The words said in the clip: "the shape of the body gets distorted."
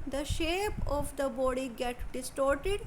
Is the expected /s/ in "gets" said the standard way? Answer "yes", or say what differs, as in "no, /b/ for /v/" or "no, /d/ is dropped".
no, /s/ is dropped